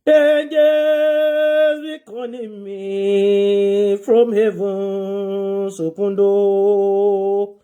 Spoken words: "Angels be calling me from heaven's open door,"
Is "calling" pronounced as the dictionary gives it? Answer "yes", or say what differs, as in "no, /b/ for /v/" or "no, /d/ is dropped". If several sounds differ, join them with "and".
no, /n/ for /l/